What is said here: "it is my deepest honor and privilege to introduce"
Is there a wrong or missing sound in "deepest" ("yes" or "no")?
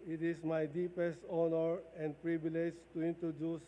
no